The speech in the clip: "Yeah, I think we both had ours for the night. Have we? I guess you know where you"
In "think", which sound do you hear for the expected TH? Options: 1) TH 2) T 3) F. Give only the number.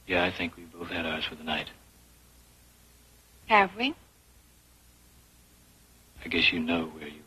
1